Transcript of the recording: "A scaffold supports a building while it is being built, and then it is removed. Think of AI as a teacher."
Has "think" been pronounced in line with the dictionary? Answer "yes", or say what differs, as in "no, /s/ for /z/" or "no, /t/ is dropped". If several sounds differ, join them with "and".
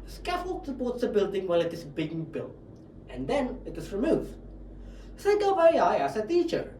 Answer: no, /s/ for /θ/ and /ŋ/ is dropped